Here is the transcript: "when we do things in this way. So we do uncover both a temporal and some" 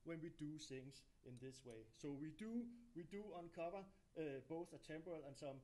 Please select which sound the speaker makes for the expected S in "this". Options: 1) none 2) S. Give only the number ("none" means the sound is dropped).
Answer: 2